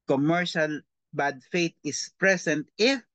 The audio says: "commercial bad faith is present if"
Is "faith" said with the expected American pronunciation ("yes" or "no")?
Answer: no